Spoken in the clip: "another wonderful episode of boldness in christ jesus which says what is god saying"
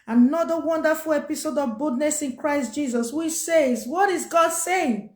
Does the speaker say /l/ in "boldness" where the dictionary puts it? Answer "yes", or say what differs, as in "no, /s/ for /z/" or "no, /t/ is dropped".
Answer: no, /l/ is dropped